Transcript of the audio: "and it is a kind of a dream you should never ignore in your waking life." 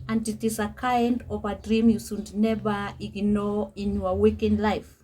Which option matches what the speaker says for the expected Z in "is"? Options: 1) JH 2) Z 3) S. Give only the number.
3